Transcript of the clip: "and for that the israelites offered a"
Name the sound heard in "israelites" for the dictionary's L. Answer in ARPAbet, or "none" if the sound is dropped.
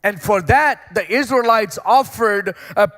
L